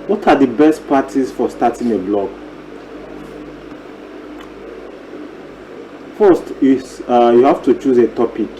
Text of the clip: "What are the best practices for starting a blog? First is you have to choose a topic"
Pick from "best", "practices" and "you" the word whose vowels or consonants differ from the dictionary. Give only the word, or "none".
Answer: practices